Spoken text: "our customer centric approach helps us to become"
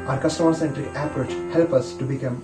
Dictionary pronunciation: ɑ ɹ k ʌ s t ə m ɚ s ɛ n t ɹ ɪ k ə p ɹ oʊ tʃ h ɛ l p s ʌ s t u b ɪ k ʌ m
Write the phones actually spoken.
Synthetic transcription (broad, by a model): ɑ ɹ k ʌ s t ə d s ɛ n t ɹ ɪ k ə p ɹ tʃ h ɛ l p ʌ s t u b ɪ k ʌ m